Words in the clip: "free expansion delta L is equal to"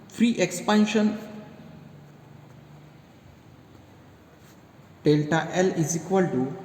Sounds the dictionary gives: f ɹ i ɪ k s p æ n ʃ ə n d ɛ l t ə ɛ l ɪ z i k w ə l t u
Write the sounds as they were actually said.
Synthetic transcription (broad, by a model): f ɹ i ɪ k s p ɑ n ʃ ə n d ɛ l t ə ɛ l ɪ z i k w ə l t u